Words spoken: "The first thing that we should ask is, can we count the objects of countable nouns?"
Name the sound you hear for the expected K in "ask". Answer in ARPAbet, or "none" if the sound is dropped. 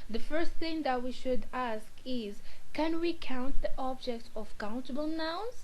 K